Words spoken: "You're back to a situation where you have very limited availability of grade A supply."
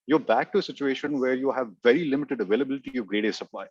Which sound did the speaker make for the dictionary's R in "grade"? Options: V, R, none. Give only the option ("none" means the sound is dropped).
R